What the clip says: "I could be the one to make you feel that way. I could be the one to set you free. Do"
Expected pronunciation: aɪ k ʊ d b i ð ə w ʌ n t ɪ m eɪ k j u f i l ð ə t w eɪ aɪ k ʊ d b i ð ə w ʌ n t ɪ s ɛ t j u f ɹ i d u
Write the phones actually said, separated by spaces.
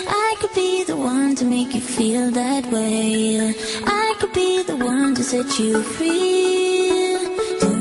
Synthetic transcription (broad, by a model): aɪ k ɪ d b i ð ə w ʌ n t ɪ m eɪ k j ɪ f i l ð ə t w eɪ aɪ k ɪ d b i ð ə w ʌ n t ɪ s ɛ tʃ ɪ f ɹ i